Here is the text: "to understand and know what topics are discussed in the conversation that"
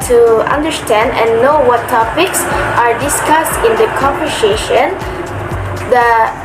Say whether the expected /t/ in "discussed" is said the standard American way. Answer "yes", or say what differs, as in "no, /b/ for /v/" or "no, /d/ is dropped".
yes